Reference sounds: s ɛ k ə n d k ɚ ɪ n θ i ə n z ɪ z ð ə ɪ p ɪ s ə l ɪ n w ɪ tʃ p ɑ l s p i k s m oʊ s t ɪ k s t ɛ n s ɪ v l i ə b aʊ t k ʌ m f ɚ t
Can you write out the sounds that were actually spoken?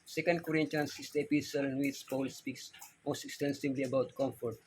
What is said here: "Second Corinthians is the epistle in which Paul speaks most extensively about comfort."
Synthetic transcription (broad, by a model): s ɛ k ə n d k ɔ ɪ n t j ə n s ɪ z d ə p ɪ s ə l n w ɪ s p ɑ l s p i k s m oʊ s t ɪ k s t ɛ n s ɪ v l i ə b aʊ t k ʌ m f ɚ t